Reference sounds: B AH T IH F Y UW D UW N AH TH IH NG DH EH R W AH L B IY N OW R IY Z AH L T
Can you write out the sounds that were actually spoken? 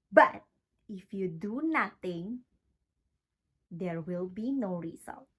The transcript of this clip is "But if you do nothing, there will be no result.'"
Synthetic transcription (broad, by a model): B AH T IH F Y UW D UW N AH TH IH NG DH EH R W AH L B IY N OW R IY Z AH L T